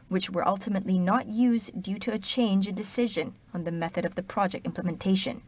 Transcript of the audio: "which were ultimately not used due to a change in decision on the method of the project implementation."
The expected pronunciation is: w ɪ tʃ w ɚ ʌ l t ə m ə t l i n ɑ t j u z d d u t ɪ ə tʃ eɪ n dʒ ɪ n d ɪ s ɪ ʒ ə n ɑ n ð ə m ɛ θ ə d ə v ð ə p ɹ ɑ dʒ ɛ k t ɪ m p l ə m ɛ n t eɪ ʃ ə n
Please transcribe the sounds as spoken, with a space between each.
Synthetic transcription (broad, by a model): w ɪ tʃ w ɚ ʌ l t ə m ə t l i n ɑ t j u z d d u t ɪ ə tʃ eɪ n dʒ ɪ n d ɪ s ɪ ʒ ə n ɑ n ð ə m ɛ θ ə d ə v ð ə p ɹ ɑ dʒ ɛ k t ɪ m p l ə m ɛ n t eɪ ʃ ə n